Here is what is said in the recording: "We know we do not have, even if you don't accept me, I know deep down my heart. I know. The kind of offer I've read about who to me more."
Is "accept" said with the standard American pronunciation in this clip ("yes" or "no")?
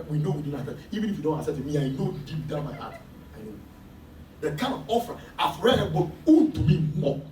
no